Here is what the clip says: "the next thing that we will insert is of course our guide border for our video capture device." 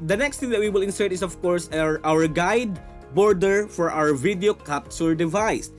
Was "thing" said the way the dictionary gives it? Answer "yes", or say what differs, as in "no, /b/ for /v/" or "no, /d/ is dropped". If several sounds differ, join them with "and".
no, /t/ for /θ/